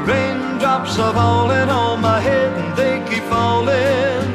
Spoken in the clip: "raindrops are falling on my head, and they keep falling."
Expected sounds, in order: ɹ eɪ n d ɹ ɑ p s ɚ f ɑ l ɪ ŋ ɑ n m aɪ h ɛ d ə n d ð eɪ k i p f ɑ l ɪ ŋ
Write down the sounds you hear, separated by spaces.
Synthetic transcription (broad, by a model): ɹ eɪ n d ɹ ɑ p s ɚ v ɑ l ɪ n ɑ l m aɪ h ɛ d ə n ð eɪ k i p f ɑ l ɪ